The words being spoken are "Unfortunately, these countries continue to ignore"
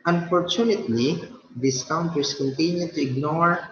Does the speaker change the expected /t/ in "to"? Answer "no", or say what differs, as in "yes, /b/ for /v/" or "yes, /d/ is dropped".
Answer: no